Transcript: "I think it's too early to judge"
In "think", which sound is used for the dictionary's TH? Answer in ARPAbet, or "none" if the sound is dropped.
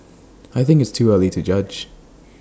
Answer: TH